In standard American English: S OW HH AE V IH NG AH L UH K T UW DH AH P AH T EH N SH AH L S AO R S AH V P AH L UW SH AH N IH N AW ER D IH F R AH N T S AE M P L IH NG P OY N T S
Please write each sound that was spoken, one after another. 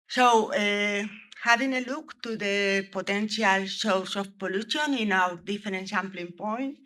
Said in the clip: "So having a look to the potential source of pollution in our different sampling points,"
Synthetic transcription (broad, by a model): S OW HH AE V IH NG AH L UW K T UW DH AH P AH T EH N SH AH L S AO W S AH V P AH L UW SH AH N IH N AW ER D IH F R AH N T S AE M P L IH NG P OY N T